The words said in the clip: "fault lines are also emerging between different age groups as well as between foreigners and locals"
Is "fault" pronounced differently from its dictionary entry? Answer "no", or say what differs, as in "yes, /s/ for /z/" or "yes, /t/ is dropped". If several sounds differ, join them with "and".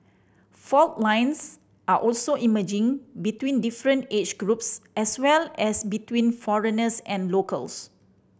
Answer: no